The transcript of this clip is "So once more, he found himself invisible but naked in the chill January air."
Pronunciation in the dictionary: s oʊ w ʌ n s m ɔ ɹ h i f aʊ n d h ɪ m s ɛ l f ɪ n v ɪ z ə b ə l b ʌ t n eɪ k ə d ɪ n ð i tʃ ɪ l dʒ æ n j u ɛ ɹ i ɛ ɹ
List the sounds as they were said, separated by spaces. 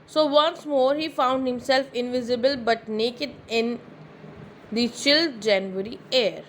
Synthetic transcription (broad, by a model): s oʊ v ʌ n s m ɔ ɹ h i f aʊ n d h ɪ m s ɛ l f ɪ n v ɪ z ə b ə l b ʌ t n eɪ k ə d ɪ n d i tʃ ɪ l dʒ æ n j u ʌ ɹ i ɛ ɹ